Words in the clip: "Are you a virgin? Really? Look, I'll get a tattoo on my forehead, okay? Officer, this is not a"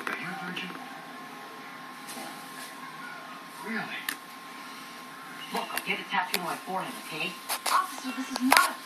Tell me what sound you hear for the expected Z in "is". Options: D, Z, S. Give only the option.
Z